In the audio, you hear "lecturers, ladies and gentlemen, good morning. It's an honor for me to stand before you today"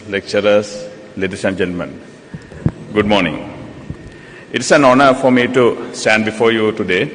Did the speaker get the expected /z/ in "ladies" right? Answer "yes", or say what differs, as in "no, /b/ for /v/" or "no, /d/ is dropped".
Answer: no, /s/ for /z/